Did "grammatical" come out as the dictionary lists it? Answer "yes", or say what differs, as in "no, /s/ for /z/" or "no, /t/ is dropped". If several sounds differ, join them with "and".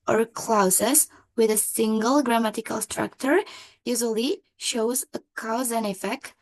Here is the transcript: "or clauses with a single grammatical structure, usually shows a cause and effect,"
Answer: yes